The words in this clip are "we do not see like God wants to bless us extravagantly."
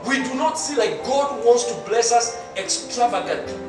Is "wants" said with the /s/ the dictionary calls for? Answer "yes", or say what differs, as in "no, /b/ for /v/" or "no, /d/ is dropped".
yes